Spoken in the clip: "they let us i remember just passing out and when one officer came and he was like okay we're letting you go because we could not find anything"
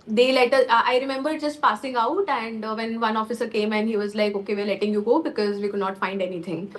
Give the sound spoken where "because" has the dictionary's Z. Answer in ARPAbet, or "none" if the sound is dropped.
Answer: Z